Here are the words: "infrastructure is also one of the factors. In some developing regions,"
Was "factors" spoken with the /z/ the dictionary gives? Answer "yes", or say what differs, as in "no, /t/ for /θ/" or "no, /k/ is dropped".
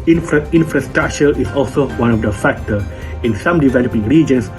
no, /z/ is dropped